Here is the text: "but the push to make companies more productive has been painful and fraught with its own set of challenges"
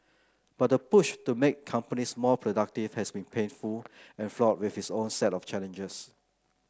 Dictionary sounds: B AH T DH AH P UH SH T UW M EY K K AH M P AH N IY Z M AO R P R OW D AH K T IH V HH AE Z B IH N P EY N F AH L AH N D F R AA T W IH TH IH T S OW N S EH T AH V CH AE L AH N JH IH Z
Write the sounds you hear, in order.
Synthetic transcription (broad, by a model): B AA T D AH P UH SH T UW M EY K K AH M P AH N IY S M AO P R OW D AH K T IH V HH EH S B IH N P EY N F AH L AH N F L AA T W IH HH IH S OW N S EH T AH F CH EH L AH N JH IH S